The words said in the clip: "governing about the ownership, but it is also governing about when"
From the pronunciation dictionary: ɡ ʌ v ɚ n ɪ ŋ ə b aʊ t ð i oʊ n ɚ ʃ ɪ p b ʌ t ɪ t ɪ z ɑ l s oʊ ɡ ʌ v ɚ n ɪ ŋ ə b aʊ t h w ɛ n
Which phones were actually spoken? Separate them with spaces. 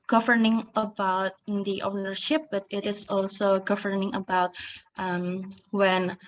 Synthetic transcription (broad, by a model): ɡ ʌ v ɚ n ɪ ŋ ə b aʊ t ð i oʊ n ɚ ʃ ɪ p b ʌ t ɪ t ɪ s ɑ l s oʊ ɡ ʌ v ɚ n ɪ ŋ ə b aʊ t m w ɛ n